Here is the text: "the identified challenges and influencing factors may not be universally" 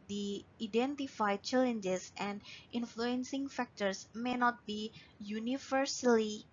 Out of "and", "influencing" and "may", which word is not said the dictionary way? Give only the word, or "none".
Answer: none